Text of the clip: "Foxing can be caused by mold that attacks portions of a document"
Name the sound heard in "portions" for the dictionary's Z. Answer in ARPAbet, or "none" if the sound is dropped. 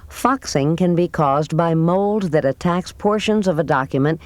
Z